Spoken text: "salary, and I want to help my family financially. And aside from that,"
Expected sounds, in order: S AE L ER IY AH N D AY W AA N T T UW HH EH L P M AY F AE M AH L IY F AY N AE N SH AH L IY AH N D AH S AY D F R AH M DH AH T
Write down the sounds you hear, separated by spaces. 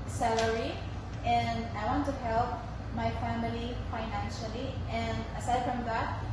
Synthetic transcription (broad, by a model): S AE L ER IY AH N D AY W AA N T T UW HH EH L P M AY F AE M AH L IY F AY N AE N SH AH L IY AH N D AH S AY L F R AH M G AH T